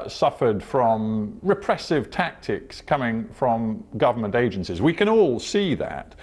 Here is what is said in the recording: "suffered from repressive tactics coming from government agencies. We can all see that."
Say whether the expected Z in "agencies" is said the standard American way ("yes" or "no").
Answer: yes